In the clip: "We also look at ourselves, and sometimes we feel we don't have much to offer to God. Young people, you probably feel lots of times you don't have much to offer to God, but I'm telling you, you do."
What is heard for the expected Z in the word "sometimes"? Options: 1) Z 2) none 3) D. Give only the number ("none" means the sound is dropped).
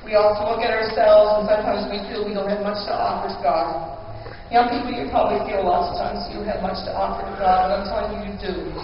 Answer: 1